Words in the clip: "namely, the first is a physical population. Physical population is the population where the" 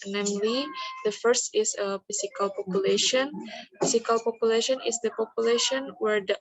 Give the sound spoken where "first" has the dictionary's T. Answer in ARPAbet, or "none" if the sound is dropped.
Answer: T